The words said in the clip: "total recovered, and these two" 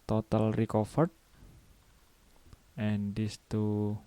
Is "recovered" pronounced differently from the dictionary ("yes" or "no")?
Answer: yes